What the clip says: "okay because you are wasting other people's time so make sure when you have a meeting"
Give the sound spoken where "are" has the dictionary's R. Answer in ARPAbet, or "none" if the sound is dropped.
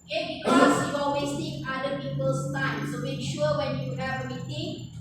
L